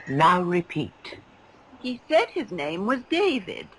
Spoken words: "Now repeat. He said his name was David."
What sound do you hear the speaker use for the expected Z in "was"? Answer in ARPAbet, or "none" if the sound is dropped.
Z